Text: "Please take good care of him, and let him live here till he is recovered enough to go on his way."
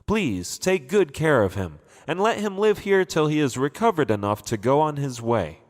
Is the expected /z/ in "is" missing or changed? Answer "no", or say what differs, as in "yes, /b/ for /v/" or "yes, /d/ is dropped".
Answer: no